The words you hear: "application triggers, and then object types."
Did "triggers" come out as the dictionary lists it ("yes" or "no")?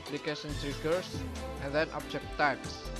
no